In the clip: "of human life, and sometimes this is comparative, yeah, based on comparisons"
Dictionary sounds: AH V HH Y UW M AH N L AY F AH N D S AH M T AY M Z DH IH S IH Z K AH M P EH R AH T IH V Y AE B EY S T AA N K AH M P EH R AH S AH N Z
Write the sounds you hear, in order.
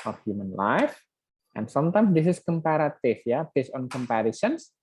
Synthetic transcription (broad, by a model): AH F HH Y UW M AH N L AY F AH N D S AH M T AY M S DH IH S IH S K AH M P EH R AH T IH F Y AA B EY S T AA N K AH M P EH R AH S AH N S